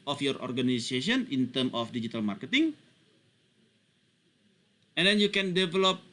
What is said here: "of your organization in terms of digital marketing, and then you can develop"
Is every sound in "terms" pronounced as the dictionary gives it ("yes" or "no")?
no